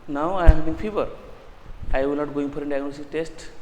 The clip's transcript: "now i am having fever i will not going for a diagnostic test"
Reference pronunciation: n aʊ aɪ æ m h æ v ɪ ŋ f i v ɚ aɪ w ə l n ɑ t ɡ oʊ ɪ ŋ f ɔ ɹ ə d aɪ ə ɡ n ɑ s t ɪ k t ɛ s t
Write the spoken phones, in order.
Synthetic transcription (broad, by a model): n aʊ aɪ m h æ b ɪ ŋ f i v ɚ aɪ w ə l n ɑ t ɡ oʊ ɪ ŋ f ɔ ɹ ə d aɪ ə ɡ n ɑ s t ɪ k t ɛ s t